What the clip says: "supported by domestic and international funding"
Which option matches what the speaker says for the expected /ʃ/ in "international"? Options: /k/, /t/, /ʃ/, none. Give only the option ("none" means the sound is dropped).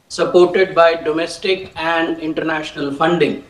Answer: /ʃ/